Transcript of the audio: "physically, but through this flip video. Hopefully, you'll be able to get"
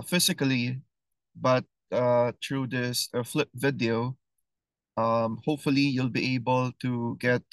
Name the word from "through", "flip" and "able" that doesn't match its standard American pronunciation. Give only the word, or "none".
through